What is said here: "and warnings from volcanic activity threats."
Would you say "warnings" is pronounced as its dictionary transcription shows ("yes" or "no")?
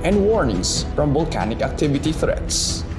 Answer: no